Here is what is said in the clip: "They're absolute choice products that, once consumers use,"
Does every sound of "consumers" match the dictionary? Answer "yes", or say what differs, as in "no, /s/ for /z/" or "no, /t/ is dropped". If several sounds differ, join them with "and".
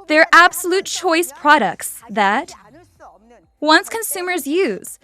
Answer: yes